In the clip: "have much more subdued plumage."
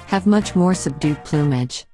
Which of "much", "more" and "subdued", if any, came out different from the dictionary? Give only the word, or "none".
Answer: none